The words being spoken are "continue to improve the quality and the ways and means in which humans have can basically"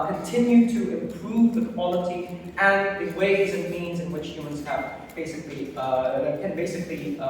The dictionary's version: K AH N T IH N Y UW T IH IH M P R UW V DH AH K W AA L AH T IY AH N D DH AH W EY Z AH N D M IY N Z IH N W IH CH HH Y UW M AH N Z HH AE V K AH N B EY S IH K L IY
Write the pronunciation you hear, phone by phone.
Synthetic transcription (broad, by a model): K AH N T IH N Y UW T IH IH M P R UW V DH AH K W AA L AH T IY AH N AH W EY Z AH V M IY N Z IH N W IH CH HH Y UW M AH N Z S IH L K AH N B EY S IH K L IY